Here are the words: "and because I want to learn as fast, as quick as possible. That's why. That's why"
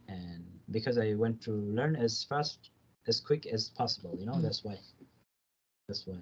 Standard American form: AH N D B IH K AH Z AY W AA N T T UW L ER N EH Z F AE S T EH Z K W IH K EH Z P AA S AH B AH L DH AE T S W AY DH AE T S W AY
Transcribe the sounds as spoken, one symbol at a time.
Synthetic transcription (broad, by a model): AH N B IH K AH Z AY W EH N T T UW L ER N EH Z F AE S T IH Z K W IH K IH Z P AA S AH B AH N DH AE T S W AY DH AE T S W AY